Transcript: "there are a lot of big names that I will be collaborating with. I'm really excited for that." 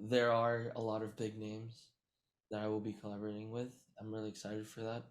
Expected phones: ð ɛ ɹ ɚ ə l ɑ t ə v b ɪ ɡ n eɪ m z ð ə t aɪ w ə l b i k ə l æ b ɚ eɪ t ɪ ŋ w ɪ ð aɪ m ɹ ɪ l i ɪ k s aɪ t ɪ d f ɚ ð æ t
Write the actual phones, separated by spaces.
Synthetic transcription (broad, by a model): ð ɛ ɹ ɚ ə l ɑ t ə v b ɪ ɡ n eɪ m z ð ə t aɪ w ə l b i k ə l æ b ɚ eɪ t ɪ ŋ w ɪ ð aɪ m ɹ ɪ l i ɪ k s aɪ t ɪ d f ɚ ð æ t